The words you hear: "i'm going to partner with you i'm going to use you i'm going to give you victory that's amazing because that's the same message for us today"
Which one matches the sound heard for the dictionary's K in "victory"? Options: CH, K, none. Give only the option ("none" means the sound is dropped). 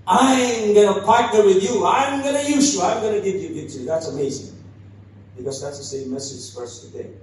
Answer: none